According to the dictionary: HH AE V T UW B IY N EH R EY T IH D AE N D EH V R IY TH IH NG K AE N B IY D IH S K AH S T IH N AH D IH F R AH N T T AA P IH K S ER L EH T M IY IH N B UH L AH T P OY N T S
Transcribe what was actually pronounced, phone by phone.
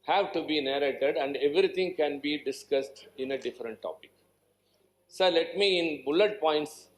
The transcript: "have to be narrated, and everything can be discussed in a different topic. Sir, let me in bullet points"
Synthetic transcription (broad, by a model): HH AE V T UW B IY N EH R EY T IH D AE N D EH V R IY T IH NG K AE N B IY D IH S K AH S T IH N AH D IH F R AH N T T AA P IH K S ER L EH T M IY IH N B UH L AH T P OY N T S